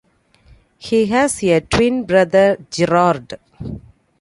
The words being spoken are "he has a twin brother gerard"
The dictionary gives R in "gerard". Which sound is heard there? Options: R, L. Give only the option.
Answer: R